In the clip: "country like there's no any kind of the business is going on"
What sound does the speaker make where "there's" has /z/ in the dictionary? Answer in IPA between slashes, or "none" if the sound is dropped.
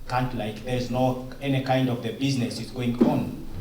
/z/